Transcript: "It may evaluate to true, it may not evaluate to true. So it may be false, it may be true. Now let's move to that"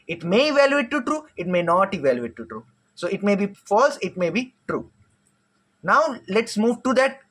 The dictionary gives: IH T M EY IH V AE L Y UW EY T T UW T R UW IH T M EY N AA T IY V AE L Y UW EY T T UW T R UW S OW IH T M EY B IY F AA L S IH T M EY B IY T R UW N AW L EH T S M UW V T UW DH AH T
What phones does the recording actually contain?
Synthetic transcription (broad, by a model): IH T M EY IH V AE L Y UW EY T T UW T R UW IH T M EY N AA T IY V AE L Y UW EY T T UW T R UW S OW IH T M EY B IY F AA L S IH T M EY B IY T R UW N AW L EH T S M UW V T UW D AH T